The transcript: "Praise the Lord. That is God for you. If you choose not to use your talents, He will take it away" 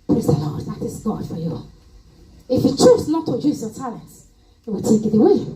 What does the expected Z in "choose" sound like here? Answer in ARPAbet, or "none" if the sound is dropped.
S